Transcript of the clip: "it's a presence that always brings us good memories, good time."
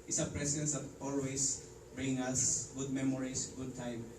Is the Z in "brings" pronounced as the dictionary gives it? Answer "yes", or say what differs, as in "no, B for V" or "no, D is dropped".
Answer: no, Z is dropped